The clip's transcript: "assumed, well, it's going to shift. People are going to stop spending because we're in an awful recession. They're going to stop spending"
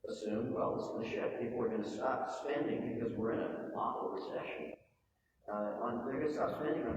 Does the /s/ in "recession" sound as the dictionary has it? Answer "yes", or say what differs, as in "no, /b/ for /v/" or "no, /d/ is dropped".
no, /ʃ/ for /s/